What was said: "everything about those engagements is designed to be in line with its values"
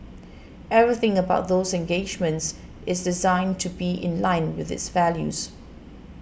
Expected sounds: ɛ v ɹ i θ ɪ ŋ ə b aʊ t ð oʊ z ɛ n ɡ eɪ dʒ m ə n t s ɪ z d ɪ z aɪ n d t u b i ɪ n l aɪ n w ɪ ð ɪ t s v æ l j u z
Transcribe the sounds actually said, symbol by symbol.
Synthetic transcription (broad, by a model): ɛ v ɹ i θ ɪ ŋ ə b aʊ t ð oʊ z ɛ n ɡ eɪ dʒ m ə n t s ɪ z d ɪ z aɪ n t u b i ɪ n l aɪ n w ɪ ð ɪ t s v æ l j u z